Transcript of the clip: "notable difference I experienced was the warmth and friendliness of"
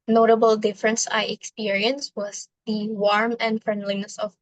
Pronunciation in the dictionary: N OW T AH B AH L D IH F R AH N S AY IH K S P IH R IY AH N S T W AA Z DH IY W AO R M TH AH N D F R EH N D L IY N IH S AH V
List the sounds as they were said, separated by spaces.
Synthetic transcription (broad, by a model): N OW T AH B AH L D IH F R AH N S AY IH K S P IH R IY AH N S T W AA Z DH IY W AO R M AH N D F R EH N D L IY N IH S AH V